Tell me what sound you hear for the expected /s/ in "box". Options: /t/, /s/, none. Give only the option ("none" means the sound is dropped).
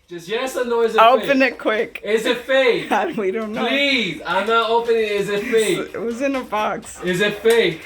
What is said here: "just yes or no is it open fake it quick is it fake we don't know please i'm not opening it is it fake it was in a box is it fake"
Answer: /s/